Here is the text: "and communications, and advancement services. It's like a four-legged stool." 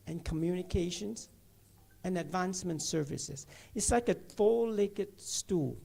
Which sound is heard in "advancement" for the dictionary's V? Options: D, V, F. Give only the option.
V